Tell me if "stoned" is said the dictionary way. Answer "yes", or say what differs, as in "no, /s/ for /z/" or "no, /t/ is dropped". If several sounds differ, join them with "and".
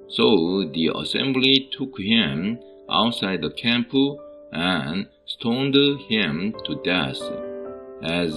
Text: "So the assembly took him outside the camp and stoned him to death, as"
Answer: yes